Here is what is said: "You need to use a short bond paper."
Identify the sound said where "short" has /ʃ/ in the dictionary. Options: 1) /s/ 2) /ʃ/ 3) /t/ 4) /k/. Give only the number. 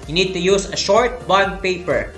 2